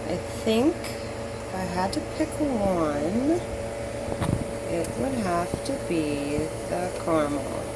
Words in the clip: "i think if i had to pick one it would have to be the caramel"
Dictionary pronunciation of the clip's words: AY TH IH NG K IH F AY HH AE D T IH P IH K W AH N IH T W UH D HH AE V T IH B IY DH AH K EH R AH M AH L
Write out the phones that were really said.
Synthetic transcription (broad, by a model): AY TH IH NG K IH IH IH D T IH P IH K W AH N IH T W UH D HH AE F T IH B IY DH AH K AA R M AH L